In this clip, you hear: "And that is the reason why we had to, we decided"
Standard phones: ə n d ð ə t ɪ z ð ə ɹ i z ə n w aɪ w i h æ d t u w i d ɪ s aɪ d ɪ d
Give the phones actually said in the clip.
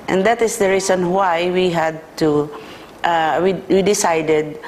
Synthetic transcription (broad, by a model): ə n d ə t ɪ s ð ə ɹ i s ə n w aɪ w i h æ d t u w i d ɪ s aɪ d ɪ d